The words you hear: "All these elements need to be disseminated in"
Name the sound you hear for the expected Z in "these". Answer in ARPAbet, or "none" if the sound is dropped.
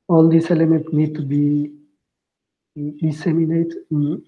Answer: S